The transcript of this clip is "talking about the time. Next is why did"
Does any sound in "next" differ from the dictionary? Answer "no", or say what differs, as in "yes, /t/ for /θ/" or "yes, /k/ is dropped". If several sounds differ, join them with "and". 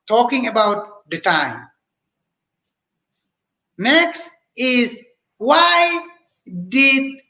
no